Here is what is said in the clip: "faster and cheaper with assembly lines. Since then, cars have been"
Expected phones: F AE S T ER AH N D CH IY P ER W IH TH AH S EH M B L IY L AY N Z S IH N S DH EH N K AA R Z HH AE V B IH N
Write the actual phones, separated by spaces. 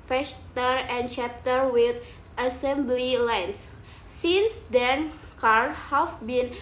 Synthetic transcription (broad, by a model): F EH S T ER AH N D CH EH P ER W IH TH AH S EH M B L IY L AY N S S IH N S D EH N K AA R HH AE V B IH N